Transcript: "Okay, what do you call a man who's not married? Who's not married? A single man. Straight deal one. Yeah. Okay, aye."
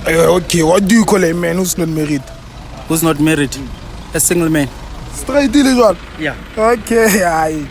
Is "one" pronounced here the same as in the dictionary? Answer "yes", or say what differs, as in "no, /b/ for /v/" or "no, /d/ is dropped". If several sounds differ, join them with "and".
no, /l/ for /n/